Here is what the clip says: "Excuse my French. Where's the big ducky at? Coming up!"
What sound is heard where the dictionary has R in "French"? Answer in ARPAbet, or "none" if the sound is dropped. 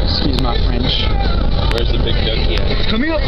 R